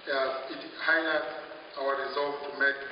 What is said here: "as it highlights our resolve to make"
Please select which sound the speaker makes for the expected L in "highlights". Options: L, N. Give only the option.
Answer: N